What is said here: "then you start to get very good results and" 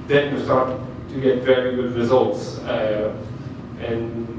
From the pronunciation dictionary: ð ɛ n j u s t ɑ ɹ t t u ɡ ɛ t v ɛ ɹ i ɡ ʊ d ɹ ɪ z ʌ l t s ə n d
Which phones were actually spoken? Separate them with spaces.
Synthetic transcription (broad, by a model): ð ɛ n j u s t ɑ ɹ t t u ɡ ɛ t v ɛ ɹ i ɡ ʊ d ɹ ɪ z ʌ l t s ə n